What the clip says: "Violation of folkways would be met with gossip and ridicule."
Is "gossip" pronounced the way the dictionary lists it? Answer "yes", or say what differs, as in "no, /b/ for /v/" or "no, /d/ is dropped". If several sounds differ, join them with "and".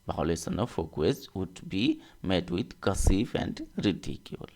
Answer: no, /f/ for /p/